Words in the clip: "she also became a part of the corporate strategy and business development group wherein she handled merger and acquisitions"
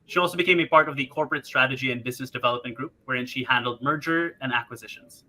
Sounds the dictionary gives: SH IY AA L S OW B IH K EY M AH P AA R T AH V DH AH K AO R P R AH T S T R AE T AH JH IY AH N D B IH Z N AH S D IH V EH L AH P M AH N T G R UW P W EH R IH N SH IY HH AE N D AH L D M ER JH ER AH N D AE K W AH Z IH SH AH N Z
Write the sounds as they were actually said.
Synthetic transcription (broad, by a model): SH IY AA L S OW B IH K EY M AH P AA R T AH V DH AH K AO R P R AH T S T R AE T AH JH IY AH N B IH Z N AH S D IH V EH L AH P M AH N G R UW P W EH R IH N SH IY HH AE N D L D M ER JH ER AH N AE K W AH Z IH SH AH N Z